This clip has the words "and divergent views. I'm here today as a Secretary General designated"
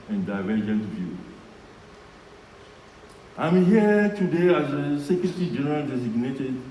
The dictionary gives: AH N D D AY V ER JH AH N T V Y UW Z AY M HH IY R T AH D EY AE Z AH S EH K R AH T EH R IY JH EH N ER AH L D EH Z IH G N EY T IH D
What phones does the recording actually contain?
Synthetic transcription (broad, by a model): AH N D D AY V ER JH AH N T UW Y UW AY M HH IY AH T AH D EY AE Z AH S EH K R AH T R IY JH EH N ER AH L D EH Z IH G N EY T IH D